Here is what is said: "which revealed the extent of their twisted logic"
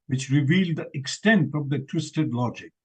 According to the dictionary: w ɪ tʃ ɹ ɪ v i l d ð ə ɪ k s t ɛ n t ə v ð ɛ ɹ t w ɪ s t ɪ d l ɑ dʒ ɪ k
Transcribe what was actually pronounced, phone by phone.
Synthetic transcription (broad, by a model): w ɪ tʃ ɹ ɪ v i l d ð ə ɪ k s t ɛ n t ə v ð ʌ t w ɪ s t ɪ d l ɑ dʒ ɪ k